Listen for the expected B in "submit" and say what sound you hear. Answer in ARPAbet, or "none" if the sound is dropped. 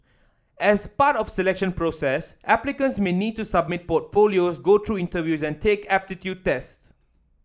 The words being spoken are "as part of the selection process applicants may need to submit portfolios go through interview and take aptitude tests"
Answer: B